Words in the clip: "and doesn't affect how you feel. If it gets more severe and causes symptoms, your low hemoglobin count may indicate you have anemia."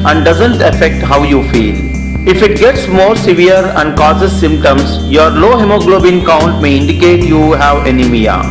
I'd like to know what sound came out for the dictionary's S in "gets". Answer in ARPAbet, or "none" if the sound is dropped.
S